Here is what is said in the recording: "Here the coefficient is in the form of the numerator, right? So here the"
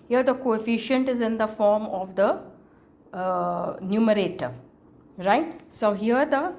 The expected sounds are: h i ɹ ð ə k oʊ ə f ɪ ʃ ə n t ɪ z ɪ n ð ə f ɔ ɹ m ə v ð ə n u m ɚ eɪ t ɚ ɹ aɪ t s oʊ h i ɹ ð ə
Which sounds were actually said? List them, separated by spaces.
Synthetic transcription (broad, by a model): h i ɹ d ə k oʊ ə f ɪ ʃ ə n t ɪ z ɪ n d ə f ɔ ɹ m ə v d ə n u m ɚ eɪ t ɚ ɹ aɪ t s oʊ h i ɹ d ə